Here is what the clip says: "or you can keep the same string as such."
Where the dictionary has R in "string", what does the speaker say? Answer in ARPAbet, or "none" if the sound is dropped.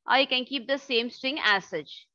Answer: none